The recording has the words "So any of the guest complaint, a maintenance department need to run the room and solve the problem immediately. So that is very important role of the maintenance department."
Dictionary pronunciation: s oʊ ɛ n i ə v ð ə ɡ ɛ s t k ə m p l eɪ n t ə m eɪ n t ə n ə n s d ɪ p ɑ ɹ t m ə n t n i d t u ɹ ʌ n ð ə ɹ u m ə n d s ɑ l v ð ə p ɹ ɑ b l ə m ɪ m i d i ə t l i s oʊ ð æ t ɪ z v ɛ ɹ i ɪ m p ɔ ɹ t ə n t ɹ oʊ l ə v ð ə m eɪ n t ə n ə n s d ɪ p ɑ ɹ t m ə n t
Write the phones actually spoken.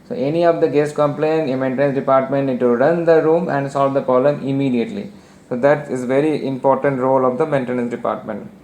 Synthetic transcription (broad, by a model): s oʊ ɛ n i ə v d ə ɡ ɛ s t k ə m p l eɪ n ə m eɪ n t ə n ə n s d ɪ p ɑ ɹ t m ə n t n i d t u ɹ ʌ n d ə ɹ u m ə n d s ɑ l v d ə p ɑ l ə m ɪ m i d i ə t l i s oʊ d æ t ɪ z v ɛ ɹ i ɪ m p ɔ ɹ t ə n t ɹ oʊ l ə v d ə m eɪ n t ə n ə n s d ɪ p ɑ ɹ t m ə n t